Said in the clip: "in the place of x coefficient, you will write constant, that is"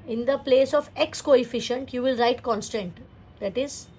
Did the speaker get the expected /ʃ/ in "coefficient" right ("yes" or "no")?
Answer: yes